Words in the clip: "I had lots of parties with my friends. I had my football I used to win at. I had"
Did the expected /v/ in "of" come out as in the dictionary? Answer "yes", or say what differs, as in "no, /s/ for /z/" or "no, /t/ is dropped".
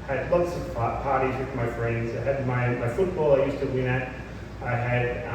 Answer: no, /p/ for /v/